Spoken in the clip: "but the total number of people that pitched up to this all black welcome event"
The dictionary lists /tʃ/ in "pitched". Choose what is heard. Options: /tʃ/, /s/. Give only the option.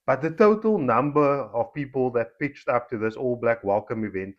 /tʃ/